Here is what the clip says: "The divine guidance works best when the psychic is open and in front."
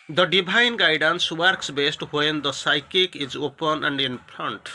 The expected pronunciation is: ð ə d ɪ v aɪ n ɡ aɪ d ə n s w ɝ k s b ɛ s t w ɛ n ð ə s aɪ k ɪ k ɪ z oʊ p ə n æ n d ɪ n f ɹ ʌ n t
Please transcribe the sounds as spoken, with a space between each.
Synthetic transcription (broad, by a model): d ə d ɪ b aɪ n ɡ aɪ d ə n s w ɝ k s b ɛ s t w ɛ n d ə s aɪ k ɪ k ɪ z oʊ p ə n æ n d ɪ n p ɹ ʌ n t